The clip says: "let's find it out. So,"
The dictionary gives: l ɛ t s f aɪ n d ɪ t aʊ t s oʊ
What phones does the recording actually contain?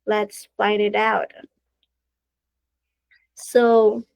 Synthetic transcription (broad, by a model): l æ t s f aɪ d ɪ t aʊ t s oʊ